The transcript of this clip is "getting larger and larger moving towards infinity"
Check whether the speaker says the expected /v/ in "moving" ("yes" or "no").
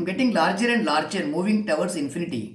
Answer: yes